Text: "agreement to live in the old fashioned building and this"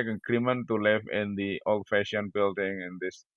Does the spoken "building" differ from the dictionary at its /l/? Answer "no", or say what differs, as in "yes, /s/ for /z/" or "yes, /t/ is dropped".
no